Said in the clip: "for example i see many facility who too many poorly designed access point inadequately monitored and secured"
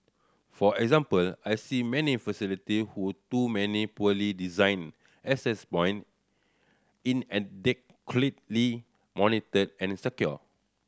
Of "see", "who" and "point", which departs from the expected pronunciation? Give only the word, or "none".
point